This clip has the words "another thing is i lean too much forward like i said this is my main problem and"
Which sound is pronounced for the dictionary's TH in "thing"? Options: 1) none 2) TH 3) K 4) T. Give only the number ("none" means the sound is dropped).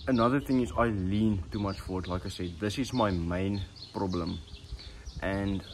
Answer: 2